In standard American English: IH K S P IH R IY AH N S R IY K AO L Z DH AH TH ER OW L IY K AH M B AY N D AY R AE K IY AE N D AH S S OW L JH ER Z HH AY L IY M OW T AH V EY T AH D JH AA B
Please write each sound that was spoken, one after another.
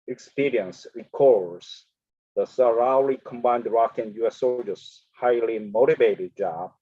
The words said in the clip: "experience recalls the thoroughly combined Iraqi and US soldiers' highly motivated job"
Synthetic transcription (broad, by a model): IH K S P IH R IY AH N S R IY K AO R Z DH AH S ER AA L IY K AH M B AY N D R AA K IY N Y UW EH S OW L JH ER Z HH AY L IY M OW T AH V EY T AH D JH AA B